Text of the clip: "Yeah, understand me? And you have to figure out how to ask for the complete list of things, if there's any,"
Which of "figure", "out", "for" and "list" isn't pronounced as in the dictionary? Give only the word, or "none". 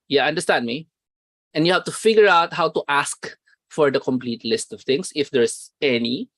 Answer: none